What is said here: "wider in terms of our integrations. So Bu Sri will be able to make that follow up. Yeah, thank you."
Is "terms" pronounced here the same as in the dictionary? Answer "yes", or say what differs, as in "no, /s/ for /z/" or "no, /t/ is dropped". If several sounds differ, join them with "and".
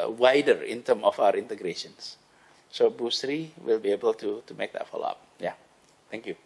no, /z/ is dropped